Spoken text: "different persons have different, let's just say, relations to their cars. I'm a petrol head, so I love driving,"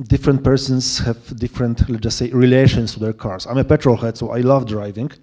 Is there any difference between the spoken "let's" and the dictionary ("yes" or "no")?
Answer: yes